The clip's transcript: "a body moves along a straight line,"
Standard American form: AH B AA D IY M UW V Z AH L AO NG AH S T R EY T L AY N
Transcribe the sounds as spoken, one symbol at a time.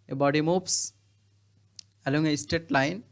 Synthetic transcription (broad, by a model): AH B AA D IY M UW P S AH L AO NG AH S T EY T L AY N